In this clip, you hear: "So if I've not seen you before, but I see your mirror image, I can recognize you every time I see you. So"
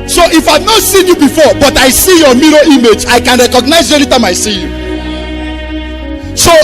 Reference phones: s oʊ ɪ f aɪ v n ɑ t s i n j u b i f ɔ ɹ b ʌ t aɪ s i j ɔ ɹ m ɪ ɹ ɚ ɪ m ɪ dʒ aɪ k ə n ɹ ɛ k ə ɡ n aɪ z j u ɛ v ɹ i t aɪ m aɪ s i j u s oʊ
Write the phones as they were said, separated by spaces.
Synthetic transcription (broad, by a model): s oʊ ɪ f aɪ v n ɑ t s i n j u b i f ɔ b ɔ t aɪ s i j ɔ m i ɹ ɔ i m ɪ dʒ aɪ k ə n ɹ ɛ k ə ɡ n aɪ z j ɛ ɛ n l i t aɪ m aɪ s i j u s oʊ